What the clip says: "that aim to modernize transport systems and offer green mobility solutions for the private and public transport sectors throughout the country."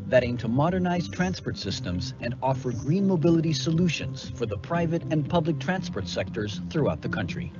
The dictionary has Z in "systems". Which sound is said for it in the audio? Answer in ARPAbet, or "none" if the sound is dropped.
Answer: Z